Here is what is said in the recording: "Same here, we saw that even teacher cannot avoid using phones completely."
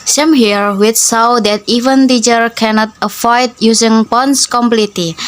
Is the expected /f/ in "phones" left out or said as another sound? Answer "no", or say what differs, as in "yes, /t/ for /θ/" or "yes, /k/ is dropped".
yes, /p/ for /f/